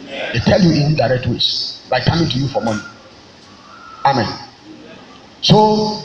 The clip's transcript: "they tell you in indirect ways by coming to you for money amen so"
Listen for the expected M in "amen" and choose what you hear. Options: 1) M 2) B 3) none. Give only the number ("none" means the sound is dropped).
1